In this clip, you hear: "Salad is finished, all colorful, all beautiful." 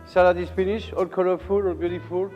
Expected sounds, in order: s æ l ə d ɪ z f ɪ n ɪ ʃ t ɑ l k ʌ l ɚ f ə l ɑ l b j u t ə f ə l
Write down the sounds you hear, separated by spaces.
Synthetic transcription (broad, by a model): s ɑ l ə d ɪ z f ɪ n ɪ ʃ ɑ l k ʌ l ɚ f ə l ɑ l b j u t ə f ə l